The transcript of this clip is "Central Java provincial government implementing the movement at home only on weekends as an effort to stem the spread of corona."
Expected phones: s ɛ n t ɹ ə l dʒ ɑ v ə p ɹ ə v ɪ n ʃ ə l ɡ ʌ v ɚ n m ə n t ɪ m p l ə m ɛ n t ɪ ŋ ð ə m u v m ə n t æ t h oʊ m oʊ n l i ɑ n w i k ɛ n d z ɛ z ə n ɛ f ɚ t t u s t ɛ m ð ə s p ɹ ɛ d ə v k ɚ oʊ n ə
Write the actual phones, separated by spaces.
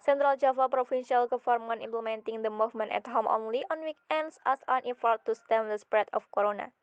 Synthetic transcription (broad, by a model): s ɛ n t ɹ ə l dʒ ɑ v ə p ɹ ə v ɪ n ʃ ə l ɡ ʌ f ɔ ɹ m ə n ɪ m p l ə m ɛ n t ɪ ŋ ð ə m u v m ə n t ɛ t h oʊ m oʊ n l i ɑ n w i k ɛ n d s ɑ s ə n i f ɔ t t u s t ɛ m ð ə s p ɹ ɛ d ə f k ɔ oʊ n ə